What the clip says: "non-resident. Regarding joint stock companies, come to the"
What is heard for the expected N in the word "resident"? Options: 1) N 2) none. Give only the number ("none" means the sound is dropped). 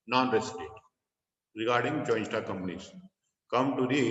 2